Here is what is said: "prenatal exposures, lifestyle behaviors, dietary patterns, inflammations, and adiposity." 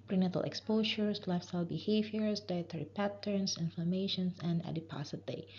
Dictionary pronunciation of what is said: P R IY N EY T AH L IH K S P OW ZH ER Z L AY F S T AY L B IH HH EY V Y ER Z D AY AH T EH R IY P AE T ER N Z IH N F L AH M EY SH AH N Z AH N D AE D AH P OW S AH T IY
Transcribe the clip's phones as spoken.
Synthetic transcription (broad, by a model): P R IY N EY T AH L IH K S P OW SH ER S L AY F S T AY L B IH HH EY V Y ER S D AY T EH R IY P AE T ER N S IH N F L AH M EY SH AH N S AH N D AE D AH P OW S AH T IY